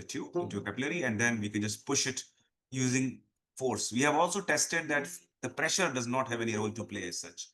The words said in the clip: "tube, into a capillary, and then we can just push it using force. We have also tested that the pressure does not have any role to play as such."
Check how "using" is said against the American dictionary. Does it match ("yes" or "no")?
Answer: yes